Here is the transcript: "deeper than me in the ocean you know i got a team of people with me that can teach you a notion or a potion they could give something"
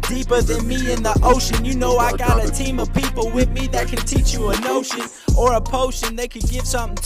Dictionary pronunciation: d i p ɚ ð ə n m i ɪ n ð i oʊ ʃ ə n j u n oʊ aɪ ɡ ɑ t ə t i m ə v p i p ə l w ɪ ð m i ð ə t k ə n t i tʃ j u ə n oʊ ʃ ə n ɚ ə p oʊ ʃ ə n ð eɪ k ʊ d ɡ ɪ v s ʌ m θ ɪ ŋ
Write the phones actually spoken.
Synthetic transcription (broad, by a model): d i p ɚ ð ə n m i ɪ n ð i oʊ ʃ ə n j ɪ n oʊ aɪ ɡ ɑ t ə t i m ə v p i p l w ɪ ð m i ð ə t k ə n t i tʃ j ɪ ə n oʊ ʃ ə n ɚ ə p oʊ ʃ ə n ð eɪ k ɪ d ɡ ɪ v s ʌ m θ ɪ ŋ